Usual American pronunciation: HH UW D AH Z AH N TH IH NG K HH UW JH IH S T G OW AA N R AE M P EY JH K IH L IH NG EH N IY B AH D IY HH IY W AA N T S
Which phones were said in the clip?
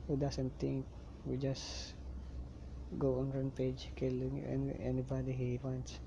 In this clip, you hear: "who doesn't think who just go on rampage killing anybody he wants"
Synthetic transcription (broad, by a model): HH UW D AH S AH N T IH NG K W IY JH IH S G OW AA N R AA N P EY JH K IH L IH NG EH N IY B AH D IY HH IY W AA N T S